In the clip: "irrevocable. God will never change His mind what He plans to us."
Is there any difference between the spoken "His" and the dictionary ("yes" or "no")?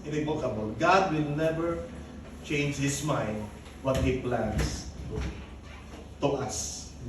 yes